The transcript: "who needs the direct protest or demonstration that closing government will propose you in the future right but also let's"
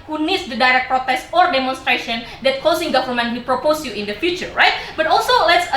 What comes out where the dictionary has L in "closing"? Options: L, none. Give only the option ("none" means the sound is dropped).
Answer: none